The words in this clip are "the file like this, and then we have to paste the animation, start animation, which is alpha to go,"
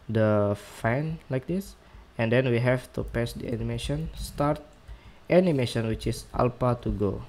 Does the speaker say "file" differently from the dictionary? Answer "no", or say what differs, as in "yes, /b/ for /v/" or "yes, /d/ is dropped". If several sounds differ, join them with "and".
yes, /n/ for /l/